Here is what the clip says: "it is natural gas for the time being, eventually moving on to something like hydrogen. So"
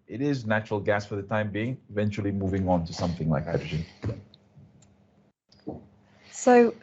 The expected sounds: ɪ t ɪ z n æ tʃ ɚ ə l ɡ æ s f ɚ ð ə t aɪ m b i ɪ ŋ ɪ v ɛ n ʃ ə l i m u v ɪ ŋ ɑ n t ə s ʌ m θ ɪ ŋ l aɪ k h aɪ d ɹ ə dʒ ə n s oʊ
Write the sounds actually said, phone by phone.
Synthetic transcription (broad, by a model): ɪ t ɪ z n æ tʃ ɚ ə l ɡ æ s f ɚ ð ə t aɪ m b i ɪ ŋ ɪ v ɛ n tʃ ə l i m u v ɪ ŋ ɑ n t ə s ʌ m θ ɪ ŋ l aɪ k h aɪ d ɹ ə dʒ ə n s oʊ